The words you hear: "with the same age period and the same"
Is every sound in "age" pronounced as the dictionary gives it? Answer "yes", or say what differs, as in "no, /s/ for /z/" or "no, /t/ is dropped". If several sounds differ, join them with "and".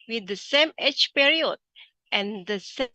no, /tʃ/ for /dʒ/